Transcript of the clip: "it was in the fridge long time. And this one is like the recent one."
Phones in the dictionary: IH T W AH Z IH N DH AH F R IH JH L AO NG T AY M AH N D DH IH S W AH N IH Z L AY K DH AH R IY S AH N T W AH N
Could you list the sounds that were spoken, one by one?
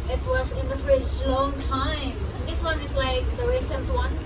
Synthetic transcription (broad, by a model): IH T W AH Z IH N DH AH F IH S L AO NG T AY M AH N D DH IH S W AH N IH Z L AY K DH AH R IY S AH N T W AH N